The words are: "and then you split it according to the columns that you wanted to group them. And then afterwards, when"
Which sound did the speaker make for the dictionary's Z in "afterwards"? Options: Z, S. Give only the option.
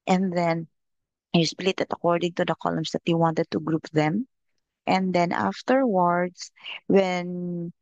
S